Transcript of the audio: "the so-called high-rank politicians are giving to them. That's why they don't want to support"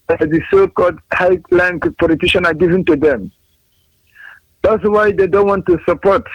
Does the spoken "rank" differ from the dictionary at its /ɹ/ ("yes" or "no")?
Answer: yes